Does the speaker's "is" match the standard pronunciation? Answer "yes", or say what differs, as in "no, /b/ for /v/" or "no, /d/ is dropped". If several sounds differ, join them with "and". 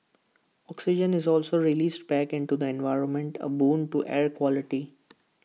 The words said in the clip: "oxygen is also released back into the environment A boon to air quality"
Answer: yes